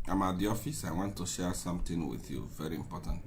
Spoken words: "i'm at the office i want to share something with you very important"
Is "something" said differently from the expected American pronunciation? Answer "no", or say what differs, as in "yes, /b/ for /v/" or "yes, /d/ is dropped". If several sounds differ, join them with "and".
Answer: yes, /t/ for /θ/